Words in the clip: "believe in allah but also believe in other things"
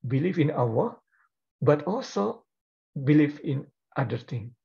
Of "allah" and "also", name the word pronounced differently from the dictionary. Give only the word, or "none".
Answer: allah